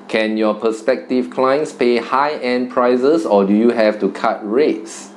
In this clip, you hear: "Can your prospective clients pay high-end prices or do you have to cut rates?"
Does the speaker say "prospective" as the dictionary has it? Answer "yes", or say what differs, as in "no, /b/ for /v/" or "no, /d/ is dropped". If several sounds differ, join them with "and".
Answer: no, /ɹ/ is dropped